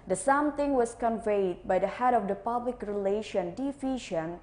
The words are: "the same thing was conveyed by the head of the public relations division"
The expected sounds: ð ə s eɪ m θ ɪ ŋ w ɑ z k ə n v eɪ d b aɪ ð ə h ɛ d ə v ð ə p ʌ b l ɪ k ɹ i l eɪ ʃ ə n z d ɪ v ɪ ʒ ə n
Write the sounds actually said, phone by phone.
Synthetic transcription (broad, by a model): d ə s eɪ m t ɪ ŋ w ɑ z k ə n v eɪ d b aɪ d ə h ɛ d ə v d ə p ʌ b l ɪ k ɹ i l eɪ ʃ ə n d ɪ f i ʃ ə n